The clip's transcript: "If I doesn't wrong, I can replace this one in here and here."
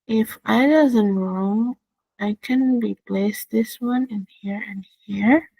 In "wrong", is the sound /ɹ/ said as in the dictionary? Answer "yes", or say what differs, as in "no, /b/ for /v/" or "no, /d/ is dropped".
yes